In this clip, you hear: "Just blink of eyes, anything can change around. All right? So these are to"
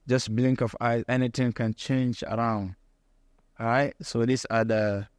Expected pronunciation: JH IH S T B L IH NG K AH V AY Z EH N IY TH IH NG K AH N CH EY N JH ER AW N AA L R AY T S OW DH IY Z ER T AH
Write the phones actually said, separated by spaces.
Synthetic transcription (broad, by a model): JH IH S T B L IH NG K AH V AY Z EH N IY T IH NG K AH N CH EY N JH ER AW N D R AY T S OW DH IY S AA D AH